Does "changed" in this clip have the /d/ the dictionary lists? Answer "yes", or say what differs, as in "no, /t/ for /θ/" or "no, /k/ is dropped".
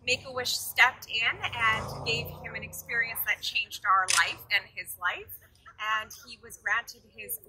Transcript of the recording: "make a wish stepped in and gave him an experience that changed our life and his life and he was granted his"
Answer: yes